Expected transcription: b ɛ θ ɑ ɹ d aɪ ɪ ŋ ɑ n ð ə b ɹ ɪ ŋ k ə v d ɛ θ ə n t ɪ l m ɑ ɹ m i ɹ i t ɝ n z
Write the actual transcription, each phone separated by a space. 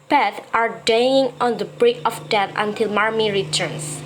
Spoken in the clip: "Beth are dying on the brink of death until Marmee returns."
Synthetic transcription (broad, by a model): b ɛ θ ɑ ɹ d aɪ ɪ ŋ ɑ n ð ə b ɹ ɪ k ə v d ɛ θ ə n t ɪ l m ɑ ɹ m i ɹ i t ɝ n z